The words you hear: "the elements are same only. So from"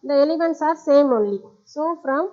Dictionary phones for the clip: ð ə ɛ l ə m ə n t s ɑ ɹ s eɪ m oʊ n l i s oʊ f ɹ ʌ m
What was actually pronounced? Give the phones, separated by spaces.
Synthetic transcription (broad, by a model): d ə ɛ l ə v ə n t s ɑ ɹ s eɪ m oʊ n l i s oʊ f ɹ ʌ m